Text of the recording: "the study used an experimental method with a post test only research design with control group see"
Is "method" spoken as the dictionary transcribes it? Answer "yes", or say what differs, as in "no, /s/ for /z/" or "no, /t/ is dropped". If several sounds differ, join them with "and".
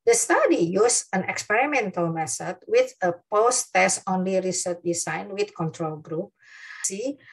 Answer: no, /s/ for /θ/